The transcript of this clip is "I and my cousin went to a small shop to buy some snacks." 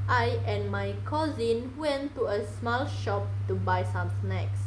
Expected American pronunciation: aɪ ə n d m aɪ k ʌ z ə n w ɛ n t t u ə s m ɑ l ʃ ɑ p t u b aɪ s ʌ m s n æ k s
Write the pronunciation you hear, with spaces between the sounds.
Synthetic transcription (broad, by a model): aɪ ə n m aɪ k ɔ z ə n w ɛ n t t u ə s m ɑ l ʃ ɑ p t u b aɪ s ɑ m s n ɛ k s